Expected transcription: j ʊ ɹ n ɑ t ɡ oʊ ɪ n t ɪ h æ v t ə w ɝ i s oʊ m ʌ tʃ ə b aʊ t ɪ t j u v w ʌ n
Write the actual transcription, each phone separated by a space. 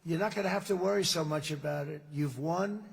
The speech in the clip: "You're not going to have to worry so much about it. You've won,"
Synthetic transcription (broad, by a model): j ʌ ɹ n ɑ t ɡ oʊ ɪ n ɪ h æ f t ə w ɝ i s oʊ m ʌ tʃ ə b aʊ t ɪ t j u v w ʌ n